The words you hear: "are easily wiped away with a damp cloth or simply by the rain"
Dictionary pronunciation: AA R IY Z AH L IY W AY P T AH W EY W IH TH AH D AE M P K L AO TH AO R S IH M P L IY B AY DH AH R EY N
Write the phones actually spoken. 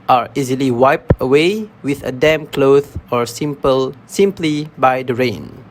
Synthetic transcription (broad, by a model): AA R IY Z AH L IY W AY P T AH W EY W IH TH AH D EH M K L AO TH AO R S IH M P L IY B AY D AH R EY N